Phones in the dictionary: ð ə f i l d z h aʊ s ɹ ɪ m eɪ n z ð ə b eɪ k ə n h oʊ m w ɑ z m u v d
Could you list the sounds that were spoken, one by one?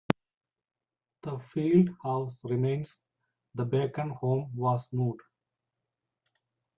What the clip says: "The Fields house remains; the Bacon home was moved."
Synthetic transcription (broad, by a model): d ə f i l d h aʊ s ɹ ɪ m eɪ n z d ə b eɪ k ə n h oʊ m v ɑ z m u d